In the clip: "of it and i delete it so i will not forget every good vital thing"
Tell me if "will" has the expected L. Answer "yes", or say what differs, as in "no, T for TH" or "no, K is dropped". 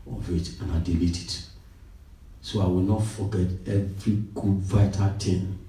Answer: yes